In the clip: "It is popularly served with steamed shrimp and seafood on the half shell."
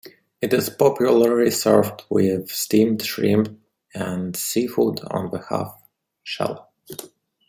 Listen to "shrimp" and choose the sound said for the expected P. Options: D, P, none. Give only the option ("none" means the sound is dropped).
none